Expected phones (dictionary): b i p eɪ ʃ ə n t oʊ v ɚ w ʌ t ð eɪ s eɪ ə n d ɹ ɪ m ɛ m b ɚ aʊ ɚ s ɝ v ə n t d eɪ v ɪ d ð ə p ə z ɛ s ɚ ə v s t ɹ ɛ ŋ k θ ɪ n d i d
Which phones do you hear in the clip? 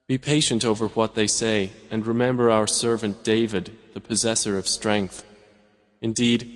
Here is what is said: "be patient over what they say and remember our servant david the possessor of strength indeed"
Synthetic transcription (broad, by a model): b i p eɪ ʃ ə n t oʊ v ɚ w ʌ t ð eɪ s eɪ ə n ɹ ɪ m ɛ m b ɚ aʊ ɚ s ɝ v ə n d eɪ v ɪ d ð ə p ə z ɛ s ɚ ə v s t ɹ ɛ ŋ k θ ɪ n d i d